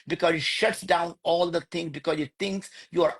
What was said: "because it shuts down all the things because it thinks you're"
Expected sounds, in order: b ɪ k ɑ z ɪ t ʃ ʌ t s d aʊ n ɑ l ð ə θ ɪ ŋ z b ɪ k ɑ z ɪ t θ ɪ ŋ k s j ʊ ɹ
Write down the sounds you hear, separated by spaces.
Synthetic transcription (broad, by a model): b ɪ k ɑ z ɪ t ʃ ʌ t s d aʊ n ɑ l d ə t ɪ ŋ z b ɪ k ɑ z ɪ t t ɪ ŋ k s j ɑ ɹ